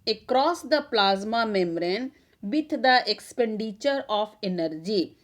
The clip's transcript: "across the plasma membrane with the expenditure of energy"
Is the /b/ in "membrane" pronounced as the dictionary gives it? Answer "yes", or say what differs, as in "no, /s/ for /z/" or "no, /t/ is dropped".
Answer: no, /b/ is dropped